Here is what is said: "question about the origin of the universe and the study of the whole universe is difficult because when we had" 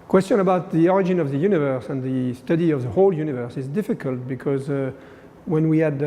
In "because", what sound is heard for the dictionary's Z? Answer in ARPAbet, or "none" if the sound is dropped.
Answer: Z